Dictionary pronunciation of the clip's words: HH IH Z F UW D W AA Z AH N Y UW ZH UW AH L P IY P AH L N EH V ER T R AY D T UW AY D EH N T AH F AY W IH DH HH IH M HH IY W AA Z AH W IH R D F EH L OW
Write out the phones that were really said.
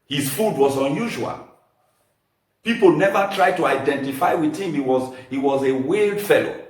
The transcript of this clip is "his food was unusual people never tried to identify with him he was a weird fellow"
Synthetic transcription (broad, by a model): HH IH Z F UW D W AA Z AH N Y UW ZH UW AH L P IY P AH L N EH V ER T R AY D T UW AY D EH N T AH F AY W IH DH HH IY M HH IY W AA Z AH W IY L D F EH L OW